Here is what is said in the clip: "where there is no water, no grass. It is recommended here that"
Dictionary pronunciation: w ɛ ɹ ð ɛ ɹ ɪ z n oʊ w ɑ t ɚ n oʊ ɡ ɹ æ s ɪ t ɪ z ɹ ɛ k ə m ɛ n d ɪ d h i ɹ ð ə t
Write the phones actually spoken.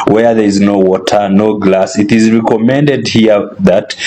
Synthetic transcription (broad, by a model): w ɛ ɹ ð ɛ ɹ ɪ z n oʊ w ɑ t ɚ n oʊ ɡ l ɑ s ɪ t ɪ z ɹ ɛ k ə m ɛ n d ɪ d h i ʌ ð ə t